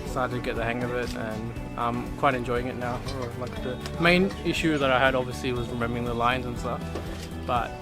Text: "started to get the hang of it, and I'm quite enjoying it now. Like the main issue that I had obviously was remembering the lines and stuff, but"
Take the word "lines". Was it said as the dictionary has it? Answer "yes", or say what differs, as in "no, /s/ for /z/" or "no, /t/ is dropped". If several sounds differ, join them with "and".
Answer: yes